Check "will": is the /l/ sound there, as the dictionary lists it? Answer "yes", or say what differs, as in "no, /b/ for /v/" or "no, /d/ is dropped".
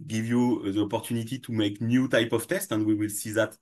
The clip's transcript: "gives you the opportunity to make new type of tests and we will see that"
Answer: yes